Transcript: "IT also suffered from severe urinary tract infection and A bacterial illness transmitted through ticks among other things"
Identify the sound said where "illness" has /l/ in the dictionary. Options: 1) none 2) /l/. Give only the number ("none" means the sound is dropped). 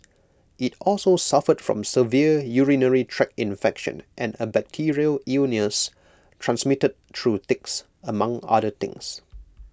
1